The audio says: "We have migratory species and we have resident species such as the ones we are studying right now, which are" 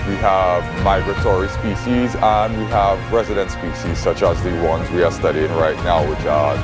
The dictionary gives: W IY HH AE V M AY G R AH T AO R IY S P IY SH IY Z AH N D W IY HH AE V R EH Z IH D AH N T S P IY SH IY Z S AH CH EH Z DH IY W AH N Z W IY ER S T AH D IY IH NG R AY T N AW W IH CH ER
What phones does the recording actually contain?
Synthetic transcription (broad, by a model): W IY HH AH V M AY G R AH T AO R IY S P IY SH IY Z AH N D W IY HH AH V R EH Z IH D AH N S P IY SH IY Z S AH CH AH Z DH IY W AH N Z W IY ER S T AH D IY IH NG R AY T N AW W IH CH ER